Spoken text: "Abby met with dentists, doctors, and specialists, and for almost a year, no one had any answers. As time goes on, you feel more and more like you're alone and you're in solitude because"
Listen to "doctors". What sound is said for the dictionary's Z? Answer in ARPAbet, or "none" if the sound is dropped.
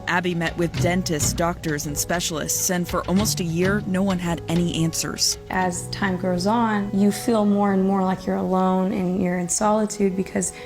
Z